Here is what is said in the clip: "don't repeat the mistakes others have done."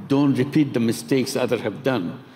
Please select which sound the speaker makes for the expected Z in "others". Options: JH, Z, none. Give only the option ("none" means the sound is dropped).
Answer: none